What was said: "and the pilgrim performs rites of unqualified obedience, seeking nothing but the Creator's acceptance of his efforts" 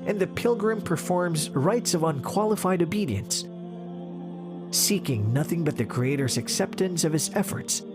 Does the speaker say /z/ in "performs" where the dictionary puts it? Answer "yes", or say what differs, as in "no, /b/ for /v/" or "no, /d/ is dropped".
yes